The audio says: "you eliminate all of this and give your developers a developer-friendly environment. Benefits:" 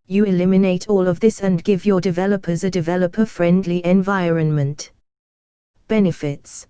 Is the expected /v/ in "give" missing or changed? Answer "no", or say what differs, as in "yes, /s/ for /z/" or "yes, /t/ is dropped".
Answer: no